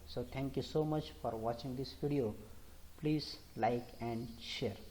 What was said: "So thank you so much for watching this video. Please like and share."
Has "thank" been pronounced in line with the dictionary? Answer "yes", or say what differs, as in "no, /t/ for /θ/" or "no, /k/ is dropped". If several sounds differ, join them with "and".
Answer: no, /t/ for /θ/